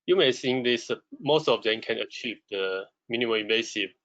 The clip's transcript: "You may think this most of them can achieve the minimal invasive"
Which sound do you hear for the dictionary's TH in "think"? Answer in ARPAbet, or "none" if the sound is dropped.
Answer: S